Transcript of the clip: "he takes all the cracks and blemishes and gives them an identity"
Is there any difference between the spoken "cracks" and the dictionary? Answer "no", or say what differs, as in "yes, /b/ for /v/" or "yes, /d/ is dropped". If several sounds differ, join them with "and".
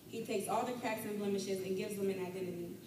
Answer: yes, /ɹ/ is dropped